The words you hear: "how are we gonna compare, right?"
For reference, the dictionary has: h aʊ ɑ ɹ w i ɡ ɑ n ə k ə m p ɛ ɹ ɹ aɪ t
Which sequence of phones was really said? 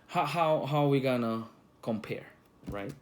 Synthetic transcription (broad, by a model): h aʊ ɑ w w i ɡ ɑ n ə k ə m p ɛ ɹ ɹ aɪ t